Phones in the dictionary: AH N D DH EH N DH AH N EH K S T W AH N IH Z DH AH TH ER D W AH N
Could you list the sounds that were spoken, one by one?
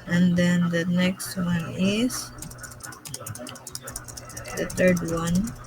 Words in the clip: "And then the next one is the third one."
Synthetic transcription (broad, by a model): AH N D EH N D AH N EH K S T W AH N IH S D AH T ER D W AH N